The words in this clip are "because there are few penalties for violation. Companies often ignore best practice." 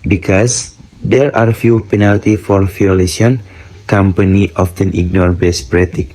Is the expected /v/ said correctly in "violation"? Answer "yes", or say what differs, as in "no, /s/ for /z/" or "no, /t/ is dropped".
no, /f/ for /v/